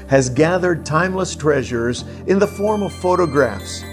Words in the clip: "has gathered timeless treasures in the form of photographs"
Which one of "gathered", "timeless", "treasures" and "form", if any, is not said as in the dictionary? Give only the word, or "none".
none